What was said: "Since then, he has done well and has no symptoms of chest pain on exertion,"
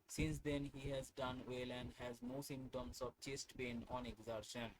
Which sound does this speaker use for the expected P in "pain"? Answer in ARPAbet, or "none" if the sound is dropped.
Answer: B